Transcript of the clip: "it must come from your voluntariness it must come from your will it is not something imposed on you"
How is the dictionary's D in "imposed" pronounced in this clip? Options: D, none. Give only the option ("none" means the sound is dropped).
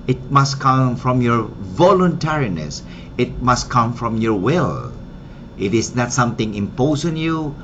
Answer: none